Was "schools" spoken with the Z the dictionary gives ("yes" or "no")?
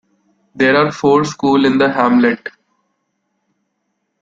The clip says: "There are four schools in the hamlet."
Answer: no